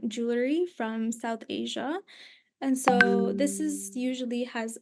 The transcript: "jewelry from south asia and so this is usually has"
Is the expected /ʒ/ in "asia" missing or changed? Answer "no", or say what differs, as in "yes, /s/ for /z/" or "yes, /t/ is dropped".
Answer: no